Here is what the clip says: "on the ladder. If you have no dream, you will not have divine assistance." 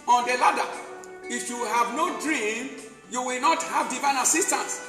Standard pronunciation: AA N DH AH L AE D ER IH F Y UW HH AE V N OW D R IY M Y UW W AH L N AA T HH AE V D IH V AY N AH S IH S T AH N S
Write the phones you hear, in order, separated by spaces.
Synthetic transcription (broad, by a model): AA N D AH L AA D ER IH F Y UW HH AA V N OW D R IY M Y UW W AH L N AA T HH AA V D IH V AY N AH S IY S T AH N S